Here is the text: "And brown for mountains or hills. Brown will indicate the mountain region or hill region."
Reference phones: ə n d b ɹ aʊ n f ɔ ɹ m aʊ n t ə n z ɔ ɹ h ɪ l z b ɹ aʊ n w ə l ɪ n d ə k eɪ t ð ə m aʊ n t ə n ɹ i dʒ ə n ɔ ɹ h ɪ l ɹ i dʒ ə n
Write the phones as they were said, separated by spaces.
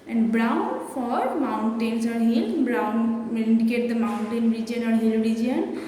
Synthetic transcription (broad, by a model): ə n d b ɹ aʊ n f ɔ ɹ m aʊ n t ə n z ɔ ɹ h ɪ l b ɹ aʊ n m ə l ɪ n d ə k eɪ t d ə m aʊ n t ə n ɹ i dʒ ə n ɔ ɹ h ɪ l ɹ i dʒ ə n